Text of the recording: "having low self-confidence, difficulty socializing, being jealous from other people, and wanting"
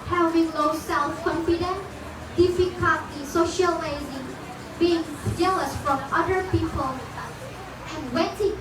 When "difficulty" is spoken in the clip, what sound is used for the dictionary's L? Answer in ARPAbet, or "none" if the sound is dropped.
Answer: none